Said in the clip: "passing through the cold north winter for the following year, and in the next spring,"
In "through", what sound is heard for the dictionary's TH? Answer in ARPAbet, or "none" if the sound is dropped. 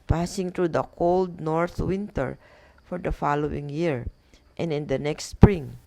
T